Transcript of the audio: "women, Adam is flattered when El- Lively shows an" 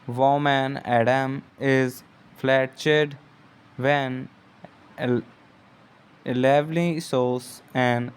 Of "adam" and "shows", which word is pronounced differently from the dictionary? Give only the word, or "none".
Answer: shows